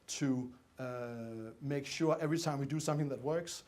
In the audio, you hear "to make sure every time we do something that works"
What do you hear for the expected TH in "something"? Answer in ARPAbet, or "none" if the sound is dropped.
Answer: TH